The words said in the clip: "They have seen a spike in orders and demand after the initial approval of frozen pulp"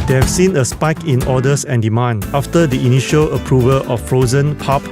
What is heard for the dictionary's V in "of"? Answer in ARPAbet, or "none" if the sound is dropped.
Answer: F